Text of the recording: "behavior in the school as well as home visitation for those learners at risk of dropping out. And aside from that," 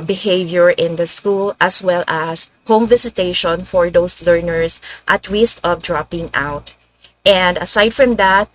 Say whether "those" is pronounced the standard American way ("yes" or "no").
no